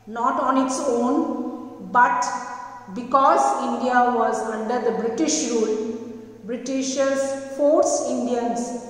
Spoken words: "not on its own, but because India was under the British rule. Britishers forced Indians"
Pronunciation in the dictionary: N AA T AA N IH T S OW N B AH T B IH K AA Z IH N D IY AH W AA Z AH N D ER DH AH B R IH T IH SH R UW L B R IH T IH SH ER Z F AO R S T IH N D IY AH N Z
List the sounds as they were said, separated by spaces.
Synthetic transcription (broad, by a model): N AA T AA N IH T S OW N B AH T B IH K AA Z IH N D IY AH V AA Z AH N D ER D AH B R IH T IH SH R UW L B R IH T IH SH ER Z F AO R S IH N D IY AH N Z